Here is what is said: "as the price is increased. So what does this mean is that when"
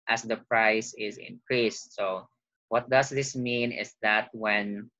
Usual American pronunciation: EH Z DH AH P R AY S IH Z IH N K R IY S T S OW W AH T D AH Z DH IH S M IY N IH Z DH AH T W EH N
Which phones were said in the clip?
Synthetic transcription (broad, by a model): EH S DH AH P R AY S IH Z IH N K R IY S T S OW W AH T D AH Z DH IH S M IY N IH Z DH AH T W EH N